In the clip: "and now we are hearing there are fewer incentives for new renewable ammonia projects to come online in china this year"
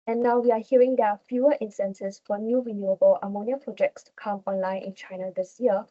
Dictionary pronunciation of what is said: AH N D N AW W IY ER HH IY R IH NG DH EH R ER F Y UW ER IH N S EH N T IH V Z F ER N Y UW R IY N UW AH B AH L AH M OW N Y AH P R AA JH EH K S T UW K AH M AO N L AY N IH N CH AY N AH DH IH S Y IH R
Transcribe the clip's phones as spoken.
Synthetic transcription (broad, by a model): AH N N AW W IY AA HH IY R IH NG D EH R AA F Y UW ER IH N S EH N S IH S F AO N Y UW R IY N UW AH B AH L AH M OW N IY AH P R AA JH EH K S T UW K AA M AO N L AY N IH N CH AY N AH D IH S Y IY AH